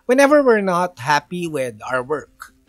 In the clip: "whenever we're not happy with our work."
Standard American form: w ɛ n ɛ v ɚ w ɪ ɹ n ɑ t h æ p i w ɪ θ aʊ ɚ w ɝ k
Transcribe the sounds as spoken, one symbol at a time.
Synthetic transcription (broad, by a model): w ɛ n ɛ v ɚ w ɪ ɹ n ɑ t h æ p i w ɪ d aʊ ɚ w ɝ k